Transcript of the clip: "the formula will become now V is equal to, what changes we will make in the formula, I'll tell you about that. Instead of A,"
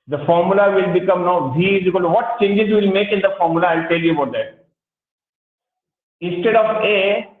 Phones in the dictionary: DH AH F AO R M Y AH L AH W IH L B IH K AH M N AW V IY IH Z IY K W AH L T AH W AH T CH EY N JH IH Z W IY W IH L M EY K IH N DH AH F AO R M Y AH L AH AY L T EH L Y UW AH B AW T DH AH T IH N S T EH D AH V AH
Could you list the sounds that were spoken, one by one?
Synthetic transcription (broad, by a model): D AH F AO R M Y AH L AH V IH L B IH K AH M N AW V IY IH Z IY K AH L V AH T CH EY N JH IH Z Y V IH L M EY K IH N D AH F AO R M Y AH L AH AY L T EH L Y UW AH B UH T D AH T IH N S T EH D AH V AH